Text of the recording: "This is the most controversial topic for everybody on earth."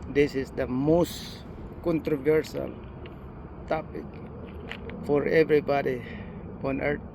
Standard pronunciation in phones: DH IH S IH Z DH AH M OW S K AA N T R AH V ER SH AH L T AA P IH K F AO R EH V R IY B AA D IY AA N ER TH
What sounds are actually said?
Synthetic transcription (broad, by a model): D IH S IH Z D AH M OW S K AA N T R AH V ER S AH L T AA P IH K F AO R EH V R IY B AA D IY AA N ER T